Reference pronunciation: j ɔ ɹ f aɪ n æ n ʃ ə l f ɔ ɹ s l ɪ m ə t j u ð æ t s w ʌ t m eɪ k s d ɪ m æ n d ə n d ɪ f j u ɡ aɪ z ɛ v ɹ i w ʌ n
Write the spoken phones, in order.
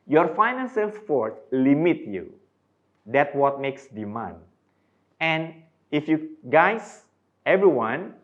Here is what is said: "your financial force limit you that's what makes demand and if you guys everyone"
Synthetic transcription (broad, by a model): j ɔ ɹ f aɪ n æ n s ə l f ɔ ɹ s l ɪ m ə t j u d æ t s w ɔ t m eɪ k s d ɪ m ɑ n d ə n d ɪ f j u ɡ aɪ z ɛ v ɹ i w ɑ n